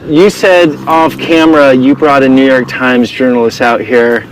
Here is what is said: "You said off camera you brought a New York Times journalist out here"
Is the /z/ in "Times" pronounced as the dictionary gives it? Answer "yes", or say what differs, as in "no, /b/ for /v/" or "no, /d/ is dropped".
yes